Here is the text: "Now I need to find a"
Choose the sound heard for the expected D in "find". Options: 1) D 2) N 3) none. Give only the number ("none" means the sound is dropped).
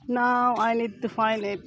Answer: 3